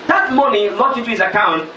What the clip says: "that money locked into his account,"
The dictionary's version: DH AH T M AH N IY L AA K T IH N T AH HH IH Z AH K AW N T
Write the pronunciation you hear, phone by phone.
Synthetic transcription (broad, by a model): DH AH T M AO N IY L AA T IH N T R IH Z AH K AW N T